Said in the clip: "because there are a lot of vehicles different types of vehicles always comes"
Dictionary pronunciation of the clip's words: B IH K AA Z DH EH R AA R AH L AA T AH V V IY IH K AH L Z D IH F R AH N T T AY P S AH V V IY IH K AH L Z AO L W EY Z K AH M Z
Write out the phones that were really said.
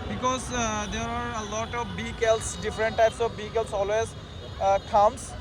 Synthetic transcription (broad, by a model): B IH K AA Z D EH R AA R AH L AA T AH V B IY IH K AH L S D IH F R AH N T T AY P S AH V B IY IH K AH L S AO L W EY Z K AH M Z